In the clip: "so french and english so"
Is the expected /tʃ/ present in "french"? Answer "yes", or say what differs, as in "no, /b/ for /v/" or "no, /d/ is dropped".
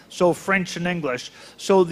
yes